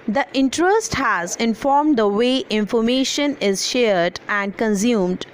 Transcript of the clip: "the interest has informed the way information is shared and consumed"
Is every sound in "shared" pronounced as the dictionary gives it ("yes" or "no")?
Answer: yes